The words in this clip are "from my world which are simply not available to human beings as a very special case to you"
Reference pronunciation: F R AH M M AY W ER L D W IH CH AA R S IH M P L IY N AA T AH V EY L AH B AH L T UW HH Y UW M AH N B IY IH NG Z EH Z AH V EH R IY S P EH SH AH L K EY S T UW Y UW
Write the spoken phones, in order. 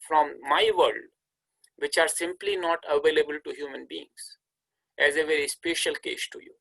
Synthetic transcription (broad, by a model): F R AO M M AY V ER L D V IH CH AA R S IH M P L IY N AA T AH V EY L AH B AH L T UW HH Y UW M AH N B IY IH NG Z EH Z AH V EH R IY S P EH SH AH L K EY S T UW Y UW